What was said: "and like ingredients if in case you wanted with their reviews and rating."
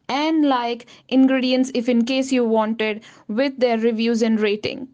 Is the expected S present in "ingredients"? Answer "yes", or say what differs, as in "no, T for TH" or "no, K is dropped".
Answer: yes